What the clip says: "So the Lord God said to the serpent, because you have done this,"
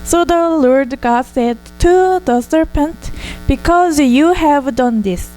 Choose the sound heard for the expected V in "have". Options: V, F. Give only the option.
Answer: V